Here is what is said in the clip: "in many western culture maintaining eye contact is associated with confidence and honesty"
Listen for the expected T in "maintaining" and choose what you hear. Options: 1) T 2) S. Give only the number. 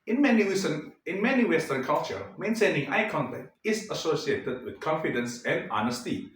2